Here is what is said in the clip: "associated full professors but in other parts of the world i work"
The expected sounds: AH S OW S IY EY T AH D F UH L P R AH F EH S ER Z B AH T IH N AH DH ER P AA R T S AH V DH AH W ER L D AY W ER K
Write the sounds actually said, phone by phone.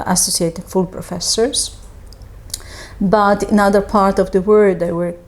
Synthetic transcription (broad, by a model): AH S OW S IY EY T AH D F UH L P R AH F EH S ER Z B AH T IH N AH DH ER P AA R T AH V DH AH W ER D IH W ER